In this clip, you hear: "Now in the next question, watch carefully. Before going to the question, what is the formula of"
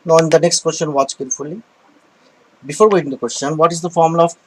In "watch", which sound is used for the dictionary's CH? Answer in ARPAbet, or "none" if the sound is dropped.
CH